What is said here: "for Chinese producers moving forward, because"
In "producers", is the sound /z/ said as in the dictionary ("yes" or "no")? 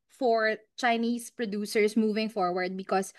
no